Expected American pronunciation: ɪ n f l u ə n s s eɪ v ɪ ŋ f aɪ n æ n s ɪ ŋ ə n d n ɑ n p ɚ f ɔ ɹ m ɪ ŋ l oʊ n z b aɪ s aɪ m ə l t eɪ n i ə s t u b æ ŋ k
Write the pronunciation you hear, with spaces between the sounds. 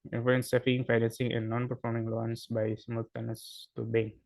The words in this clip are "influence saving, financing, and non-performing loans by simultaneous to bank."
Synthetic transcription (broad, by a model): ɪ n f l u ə n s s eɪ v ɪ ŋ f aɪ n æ n s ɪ ŋ ə n d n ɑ n p ɚ f ɔ ɹ m ɪ ŋ l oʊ n s b aɪ s m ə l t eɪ n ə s t u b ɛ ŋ